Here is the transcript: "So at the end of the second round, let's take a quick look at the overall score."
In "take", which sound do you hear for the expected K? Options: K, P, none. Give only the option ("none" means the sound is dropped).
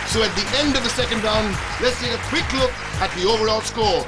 none